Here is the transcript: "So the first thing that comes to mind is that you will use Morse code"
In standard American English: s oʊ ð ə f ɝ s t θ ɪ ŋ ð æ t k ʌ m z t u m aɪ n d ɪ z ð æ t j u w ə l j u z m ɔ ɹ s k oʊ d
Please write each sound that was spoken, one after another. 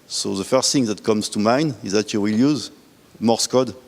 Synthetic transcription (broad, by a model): s oʊ ð ə f ɝ s t θ ɪ ŋ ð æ t k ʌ m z t u m aɪ n ɪ z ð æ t j u w ə l j u z m ɔ ɹ s k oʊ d